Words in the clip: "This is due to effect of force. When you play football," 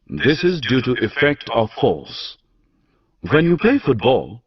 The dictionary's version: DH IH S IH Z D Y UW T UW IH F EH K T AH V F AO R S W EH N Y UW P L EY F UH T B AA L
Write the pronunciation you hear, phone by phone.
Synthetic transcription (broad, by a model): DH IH S IH Z D Y UW T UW IH F EH K T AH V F AO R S W EH N Y UW P L EY F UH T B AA L